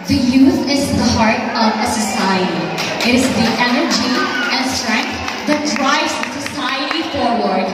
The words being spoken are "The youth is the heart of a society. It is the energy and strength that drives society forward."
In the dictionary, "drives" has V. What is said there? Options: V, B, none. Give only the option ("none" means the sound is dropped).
none